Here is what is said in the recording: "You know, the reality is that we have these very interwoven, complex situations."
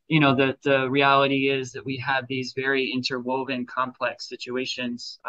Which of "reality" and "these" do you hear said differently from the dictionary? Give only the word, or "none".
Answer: none